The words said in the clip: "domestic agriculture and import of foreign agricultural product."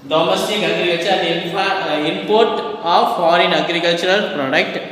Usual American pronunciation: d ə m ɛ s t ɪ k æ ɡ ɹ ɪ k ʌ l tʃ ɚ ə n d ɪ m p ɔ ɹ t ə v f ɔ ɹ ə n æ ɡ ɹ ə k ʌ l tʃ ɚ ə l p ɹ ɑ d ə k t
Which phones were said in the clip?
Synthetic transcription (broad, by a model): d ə m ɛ s t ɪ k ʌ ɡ ɹ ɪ ʌ tʃ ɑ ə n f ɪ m p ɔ ɹ t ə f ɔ ɹ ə n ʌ ɡ ɹ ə k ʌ l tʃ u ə l p ɹ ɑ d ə k t